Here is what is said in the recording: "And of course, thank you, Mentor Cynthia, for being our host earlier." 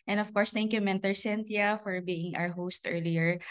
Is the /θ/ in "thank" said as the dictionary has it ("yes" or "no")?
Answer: no